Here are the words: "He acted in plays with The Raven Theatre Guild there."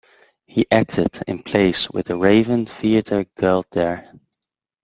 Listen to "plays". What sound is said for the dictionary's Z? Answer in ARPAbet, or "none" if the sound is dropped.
S